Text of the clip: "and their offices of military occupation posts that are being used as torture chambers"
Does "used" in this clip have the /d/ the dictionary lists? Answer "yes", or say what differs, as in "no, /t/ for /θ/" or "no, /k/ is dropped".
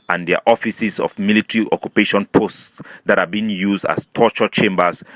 yes